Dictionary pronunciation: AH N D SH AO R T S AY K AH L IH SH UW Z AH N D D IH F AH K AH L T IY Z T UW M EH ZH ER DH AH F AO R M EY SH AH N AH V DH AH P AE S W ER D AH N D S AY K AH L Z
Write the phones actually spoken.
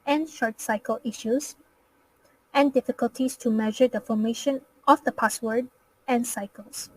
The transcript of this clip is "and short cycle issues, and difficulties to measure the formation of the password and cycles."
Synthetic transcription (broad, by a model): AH N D SH AO R T S AY K AH L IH SH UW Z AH N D D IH F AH K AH L T IY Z T UW M EH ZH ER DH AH F AO R M EY SH AH N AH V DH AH P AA S W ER D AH N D S AY K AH L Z